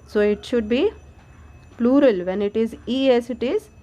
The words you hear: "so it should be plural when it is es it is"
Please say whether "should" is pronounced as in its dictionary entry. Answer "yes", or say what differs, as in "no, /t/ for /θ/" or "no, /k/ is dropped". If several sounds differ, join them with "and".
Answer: yes